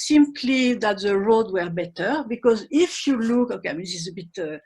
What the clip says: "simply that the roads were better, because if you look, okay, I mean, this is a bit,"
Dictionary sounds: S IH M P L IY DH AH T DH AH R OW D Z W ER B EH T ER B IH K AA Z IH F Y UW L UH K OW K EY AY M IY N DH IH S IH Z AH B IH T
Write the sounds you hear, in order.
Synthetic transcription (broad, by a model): S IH M P L IY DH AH T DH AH R OW D W ER B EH T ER B IH K AA Z IH F Y UW L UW K OW K EY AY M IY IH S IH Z AH B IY T